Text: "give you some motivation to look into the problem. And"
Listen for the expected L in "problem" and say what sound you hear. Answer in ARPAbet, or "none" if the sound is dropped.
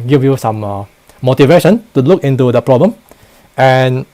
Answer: L